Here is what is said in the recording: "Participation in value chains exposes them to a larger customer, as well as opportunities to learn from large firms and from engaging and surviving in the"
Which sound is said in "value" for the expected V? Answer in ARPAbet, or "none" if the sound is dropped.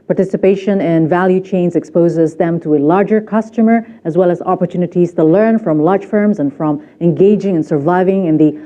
V